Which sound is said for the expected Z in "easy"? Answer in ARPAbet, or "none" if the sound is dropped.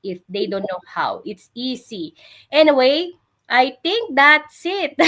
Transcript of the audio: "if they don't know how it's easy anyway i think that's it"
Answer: S